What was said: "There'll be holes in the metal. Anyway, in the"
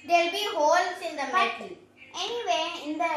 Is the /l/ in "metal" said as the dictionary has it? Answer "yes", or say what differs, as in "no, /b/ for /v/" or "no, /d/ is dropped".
no, /n/ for /l/